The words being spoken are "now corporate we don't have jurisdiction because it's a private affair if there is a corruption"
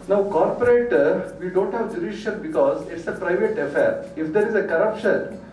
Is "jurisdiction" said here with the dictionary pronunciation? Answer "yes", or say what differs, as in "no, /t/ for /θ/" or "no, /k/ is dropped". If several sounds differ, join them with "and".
no, /s/ is dropped and /k/ is dropped and /l/ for /n/